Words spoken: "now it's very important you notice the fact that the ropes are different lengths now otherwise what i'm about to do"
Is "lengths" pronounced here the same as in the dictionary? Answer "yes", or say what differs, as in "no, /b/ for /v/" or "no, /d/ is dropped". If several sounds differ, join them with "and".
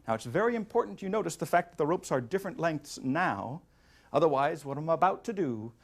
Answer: yes